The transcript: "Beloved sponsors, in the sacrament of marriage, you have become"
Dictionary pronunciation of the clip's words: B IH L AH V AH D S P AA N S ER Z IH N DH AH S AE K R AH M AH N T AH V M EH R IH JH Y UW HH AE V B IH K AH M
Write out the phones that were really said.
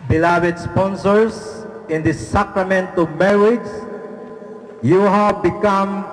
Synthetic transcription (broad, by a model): B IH L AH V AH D S P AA N S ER S IH N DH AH S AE K R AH M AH N T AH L M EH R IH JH Y UW HH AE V B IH K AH M